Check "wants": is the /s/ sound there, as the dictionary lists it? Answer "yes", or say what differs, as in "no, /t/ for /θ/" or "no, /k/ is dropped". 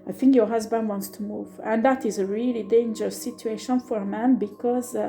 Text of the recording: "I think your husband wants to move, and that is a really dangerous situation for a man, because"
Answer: yes